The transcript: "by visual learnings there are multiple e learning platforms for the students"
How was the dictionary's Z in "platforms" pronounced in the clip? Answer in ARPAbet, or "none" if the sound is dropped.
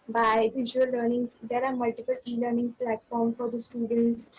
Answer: none